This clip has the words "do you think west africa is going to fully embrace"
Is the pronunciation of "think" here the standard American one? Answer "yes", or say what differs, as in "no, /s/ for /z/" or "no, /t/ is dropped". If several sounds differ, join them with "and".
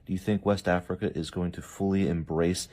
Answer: yes